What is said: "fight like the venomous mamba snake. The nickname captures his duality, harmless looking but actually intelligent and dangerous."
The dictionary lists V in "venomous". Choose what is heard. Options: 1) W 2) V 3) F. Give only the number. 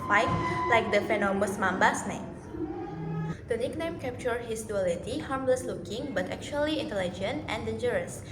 3